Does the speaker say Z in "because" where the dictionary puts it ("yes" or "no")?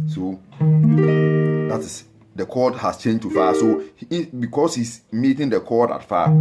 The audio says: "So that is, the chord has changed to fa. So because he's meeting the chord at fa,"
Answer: no